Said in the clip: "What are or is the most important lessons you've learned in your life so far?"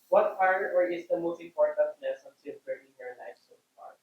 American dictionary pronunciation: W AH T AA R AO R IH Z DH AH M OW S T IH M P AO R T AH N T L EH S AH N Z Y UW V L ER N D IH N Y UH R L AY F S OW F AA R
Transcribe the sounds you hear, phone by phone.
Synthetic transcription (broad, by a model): W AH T AA R AO R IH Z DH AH M OW S T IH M P AO R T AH N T N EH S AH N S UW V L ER D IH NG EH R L AY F S OW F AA R